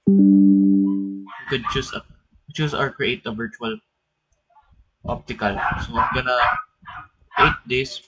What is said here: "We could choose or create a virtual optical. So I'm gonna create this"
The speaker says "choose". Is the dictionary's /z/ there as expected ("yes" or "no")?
no